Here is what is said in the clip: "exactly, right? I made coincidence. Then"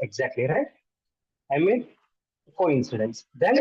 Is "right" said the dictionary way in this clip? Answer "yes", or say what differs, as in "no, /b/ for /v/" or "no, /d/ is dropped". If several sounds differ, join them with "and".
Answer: yes